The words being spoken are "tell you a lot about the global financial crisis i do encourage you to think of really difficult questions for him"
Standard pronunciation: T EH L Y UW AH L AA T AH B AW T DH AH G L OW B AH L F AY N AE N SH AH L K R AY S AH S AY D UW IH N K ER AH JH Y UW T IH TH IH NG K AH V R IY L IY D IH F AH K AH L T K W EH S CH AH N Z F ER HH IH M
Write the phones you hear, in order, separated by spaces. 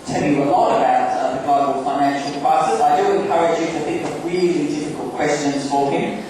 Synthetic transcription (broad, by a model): T EH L Y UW AH L AA T AH B AW T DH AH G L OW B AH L F AY N AE N SH AH L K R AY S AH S AY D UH IH N K ER AH JH Y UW T IH TH IH NG K AH V R IY L IY D IH F AH K AH L T K W EH S CH AH N Z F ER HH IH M